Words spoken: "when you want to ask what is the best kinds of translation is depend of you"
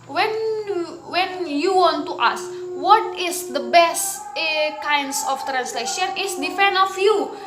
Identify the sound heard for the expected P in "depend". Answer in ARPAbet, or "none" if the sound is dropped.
F